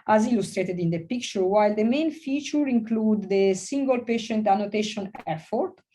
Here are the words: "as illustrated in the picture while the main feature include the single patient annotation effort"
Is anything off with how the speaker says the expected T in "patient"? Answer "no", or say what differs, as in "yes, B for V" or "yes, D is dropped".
no